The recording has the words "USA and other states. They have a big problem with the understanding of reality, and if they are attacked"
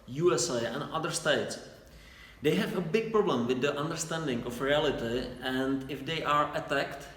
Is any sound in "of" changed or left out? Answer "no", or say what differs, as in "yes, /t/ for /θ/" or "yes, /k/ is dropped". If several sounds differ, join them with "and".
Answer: yes, /f/ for /v/